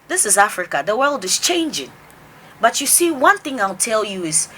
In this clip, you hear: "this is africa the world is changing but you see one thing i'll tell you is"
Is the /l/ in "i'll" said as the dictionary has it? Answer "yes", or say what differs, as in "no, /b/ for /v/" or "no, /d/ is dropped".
yes